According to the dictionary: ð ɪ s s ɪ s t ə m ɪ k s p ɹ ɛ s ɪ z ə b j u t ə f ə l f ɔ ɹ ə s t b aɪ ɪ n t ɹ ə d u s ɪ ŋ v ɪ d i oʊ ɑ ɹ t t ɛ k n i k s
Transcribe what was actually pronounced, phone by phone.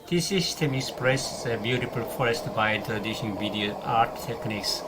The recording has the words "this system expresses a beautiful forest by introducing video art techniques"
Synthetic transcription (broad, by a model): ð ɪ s s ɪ s t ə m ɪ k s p ɹ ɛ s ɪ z ə b j u t ə f ə l f ɔ ɹ ə s t b aɪ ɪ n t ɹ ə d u ʃ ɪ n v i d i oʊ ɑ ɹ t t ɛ k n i k s